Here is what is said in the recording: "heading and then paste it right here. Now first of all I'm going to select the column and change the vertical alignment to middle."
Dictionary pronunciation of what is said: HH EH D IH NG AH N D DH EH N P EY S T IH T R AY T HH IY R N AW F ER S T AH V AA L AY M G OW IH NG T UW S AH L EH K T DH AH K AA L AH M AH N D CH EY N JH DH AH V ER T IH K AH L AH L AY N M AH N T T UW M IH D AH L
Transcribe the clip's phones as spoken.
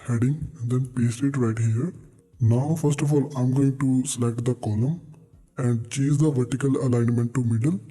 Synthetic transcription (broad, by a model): HH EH D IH NG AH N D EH N P EY S T IH T R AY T HH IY R N AW F ER S T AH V AA L AY M G OW IH NG T UW S AH L EH K T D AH K AA L AH M AH N D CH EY JH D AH V ER T IH K AH L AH L AY N M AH N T T UW M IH D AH L